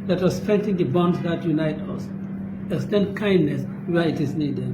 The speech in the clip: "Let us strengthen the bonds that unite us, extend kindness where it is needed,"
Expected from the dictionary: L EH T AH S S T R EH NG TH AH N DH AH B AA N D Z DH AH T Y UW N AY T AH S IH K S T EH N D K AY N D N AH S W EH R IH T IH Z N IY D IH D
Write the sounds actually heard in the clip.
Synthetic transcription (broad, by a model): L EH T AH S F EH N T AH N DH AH B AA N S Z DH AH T Y UW N AY T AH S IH S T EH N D K AY N D N AH S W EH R IH T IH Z N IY D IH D